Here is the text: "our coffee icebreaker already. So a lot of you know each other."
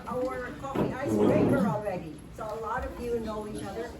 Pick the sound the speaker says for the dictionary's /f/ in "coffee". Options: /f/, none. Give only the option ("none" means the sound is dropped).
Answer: none